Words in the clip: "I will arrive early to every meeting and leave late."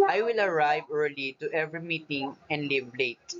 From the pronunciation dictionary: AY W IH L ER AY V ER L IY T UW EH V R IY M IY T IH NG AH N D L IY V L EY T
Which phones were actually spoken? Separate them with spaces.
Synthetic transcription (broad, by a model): AY W IH L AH AY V ER L IY T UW EH V R IY M IY T IH NG AH N D L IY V L EY T